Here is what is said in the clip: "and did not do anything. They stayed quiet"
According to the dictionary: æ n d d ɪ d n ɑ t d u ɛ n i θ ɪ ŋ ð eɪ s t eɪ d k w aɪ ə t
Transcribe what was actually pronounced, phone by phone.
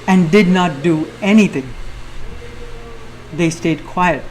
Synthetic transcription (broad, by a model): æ n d d ɪ d n ɑ t d u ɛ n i t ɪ ŋ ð eɪ s t eɪ d k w aɪ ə t